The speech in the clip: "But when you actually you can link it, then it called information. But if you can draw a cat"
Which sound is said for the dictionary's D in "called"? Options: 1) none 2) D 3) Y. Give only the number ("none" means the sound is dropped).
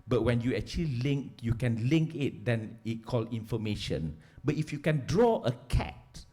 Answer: 1